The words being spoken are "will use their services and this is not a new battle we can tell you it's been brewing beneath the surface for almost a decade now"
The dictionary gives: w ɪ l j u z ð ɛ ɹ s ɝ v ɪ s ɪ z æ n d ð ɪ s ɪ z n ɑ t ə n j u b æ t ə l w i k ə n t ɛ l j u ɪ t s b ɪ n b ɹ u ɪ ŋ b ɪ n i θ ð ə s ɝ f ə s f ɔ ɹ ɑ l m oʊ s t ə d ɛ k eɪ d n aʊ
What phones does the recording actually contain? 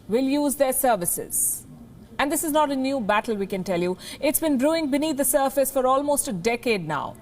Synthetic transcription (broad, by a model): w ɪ l j u z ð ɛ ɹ s ɝ v ɪ s ɪ z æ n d ɪ s ɪ z n ɑ t ə n j u b æ t ə l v i k ə n t ɛ l j u ɪ t s b ɪ n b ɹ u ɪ ŋ b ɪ n i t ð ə s ɝ f ə s f ɔ ɹ ɑ l m oʊ s t ə d ɛ k eɪ d n aʊ